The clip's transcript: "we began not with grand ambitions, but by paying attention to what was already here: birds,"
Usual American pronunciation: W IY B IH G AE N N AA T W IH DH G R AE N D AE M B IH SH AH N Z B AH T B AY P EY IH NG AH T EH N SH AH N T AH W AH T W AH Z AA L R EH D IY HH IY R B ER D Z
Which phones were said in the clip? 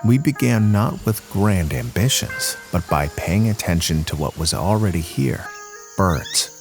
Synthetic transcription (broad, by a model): W IY B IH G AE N N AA T W IH DH G R AE N D AE M B IH SH AH N Z B AH T B AY P EY IH NG AH T EH N SH AH N T AH W AH T W AH Z L R EH D IY HH IY R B ER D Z